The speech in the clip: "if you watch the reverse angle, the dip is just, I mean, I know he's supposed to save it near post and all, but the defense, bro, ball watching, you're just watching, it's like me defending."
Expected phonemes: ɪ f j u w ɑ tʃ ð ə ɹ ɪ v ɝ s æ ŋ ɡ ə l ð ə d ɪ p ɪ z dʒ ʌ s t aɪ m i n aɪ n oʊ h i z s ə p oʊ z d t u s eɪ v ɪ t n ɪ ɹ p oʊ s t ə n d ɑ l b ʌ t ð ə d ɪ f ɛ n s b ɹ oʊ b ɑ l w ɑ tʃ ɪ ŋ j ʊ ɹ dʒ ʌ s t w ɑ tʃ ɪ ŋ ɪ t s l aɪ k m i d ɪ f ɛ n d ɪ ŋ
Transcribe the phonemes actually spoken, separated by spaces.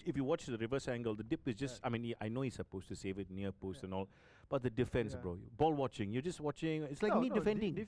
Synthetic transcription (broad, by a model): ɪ f j u w ɑ tʃ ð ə ɹ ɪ v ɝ s æ ŋ ɡ ə l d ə d ɪ p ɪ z dʒ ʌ s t aɪ m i n aɪ n oʊ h i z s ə p oʊ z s t u s eɪ v ɪ t n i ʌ p oʊ s t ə n ɑ l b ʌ t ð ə d ɪ f ɛ n s b ɹ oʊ b ɑ l w ɑ tʃ ɪ ŋ j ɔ dʒ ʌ s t w ɑ tʃ ɪ ŋ ɪ t s l aɪ k m i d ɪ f ɛ n d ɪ ŋ